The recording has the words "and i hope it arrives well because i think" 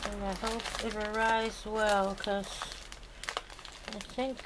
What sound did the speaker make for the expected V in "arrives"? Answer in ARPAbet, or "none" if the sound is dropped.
none